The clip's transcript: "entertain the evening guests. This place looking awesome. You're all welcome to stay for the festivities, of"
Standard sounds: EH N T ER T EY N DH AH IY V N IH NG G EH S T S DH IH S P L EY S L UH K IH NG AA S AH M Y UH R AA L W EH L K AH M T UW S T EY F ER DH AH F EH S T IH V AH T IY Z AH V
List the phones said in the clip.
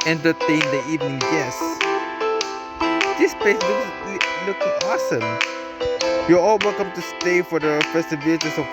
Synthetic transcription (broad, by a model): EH N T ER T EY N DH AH IY V N IH NG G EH S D S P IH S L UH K L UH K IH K AA S AH M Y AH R AA L W EH L K AH M T UW S T EY F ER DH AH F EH S T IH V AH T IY S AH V